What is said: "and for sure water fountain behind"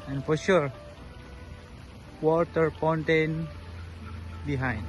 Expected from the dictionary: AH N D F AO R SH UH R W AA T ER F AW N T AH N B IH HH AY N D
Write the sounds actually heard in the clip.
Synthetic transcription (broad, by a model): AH N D F AO R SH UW R W AA T ER P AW N T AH N B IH HH AY N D